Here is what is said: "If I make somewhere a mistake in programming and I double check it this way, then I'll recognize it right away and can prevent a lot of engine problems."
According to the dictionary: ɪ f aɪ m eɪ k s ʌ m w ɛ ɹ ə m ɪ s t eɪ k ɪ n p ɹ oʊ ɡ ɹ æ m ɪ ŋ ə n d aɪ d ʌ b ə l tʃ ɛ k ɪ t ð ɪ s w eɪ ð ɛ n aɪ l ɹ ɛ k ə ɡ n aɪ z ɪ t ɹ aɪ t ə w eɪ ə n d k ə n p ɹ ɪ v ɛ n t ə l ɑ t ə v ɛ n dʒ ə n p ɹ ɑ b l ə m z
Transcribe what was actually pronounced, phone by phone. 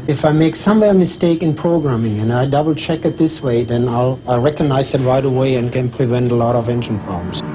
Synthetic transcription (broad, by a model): ɪ f aɪ m eɪ k s ʌ m w ɛ ɹ m ɪ s t eɪ k ɪ n p ɹ oʊ ɡ ɹ æ m ɪ ŋ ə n aɪ d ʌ b l tʃ ɛ k ɪ t ð ɪ s w eɪ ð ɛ n aɪ l ɹ ɛ k ə ɡ n aɪ z ɪ t ɹ aɪ t ə w eɪ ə n k ə n p ɹ ɪ v ɛ n t ə l ɑ t ə v ɛ n dʒ ə n p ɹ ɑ b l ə m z